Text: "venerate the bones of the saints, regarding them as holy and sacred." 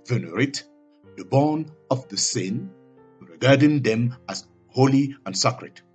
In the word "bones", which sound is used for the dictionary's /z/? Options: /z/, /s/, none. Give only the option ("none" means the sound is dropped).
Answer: none